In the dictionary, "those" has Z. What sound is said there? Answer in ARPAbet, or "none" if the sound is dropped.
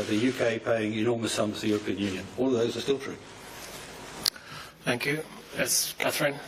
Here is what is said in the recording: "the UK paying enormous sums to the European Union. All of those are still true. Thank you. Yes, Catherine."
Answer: Z